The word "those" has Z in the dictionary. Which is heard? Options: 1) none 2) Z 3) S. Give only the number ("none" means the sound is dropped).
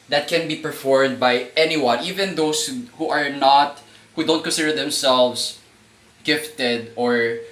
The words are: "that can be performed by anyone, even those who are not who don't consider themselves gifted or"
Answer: 3